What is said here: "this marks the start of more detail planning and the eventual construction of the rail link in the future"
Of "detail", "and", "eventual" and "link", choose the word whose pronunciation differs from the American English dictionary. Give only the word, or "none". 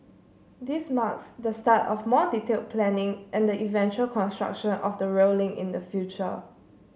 link